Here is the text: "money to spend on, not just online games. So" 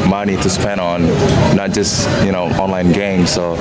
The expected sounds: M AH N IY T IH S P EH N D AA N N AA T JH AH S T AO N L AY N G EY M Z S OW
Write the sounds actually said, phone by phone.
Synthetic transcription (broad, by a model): M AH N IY T IH S P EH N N N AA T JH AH S T AO N L AY N G EY M Z S OW